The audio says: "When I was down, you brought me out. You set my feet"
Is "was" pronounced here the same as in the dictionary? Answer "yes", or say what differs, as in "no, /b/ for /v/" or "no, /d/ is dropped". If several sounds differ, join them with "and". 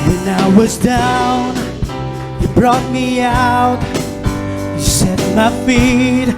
yes